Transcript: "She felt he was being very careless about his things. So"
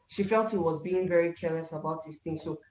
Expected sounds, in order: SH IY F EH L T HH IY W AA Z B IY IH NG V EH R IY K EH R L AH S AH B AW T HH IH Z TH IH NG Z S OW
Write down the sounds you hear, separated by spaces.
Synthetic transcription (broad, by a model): SH IY F EH L T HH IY W AA Z B IY IH NG V EH R IY K EH R L AH S AH B AW T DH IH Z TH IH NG S OW